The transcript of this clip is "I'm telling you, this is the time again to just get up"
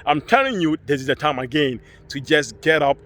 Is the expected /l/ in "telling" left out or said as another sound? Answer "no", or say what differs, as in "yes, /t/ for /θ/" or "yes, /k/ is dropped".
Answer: yes, /n/ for /l/